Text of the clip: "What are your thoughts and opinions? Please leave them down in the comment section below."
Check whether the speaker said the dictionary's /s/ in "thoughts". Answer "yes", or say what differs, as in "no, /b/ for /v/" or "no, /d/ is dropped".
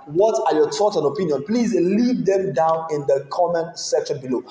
no, /s/ is dropped